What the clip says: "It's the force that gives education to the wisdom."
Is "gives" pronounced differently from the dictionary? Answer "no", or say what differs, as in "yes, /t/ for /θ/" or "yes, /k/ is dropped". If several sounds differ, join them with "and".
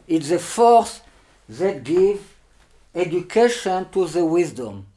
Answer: yes, /z/ is dropped